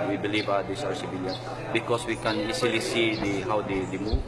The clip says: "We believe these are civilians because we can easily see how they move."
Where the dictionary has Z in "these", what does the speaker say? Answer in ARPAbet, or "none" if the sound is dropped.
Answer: S